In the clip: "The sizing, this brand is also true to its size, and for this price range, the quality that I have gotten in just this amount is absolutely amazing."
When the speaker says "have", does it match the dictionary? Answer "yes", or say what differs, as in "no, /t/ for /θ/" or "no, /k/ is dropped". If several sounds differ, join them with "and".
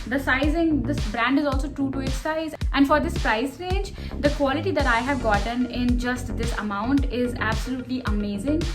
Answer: yes